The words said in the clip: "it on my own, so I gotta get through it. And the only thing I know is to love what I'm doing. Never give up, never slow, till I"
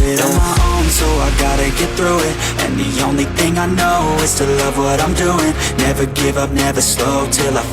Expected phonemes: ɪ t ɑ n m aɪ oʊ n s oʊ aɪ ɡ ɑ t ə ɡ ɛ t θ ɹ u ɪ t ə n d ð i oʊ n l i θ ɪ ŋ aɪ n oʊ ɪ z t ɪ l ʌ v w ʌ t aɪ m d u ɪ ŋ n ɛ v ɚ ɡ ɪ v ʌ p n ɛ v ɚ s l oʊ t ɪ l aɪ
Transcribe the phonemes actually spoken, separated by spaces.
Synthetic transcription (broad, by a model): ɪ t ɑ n m aɪ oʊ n s oʊ aɪ ɡ ɑ t ə ɡ ɛ t θ ɹ u ɪ t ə n ð i oʊ n l i θ ɪ ŋ aɪ n oʊ ɪ z t ɪ l ʌ v w ʌ t aɪ m d u ɪ ŋ n ɛ v ɚ ɡ ɪ v ʌ p n ɛ v ɚ s l oʊ t ɪ l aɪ